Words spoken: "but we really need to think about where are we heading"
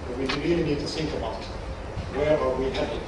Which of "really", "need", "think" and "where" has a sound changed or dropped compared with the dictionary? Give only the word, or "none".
think